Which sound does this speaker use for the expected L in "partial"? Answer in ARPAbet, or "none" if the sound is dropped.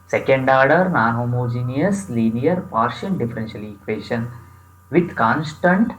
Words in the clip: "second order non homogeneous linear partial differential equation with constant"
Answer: N